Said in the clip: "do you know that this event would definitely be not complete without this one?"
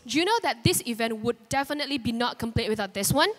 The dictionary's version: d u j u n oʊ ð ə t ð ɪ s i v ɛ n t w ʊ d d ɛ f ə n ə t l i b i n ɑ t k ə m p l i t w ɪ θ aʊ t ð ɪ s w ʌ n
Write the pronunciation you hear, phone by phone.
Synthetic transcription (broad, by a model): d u j u n oʊ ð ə t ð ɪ s i v ɛ n t w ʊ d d ɛ f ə n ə t l i b i n ɑ t k ə m p l i t w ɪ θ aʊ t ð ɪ s w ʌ n